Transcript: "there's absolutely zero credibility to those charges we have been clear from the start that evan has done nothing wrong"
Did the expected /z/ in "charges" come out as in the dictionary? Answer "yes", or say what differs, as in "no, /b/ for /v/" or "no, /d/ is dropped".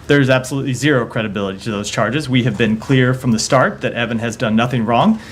yes